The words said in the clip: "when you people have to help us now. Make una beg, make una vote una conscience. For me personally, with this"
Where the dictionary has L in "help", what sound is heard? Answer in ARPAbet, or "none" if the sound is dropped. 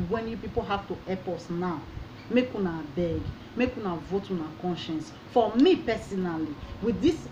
none